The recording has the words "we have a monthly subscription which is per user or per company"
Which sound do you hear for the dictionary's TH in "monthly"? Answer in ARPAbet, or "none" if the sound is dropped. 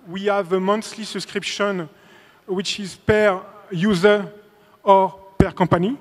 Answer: S